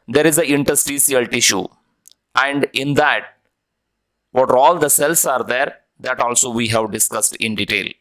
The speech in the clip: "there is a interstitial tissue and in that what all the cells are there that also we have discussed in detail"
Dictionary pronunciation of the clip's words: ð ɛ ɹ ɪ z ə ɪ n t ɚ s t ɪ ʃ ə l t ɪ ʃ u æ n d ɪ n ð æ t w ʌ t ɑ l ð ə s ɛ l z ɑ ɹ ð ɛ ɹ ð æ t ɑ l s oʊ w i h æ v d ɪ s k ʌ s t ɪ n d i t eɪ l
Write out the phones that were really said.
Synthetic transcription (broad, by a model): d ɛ ɹ ɪ z ə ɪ n t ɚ s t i s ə l t ɪ ʃ u æ n d ɪ n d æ t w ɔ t ɑ l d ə s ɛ l s ɑ ɹ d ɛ ɹ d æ t ɑ l s oʊ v i h æ v d ɪ s k ʌ s t ɪ n d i t eɪ l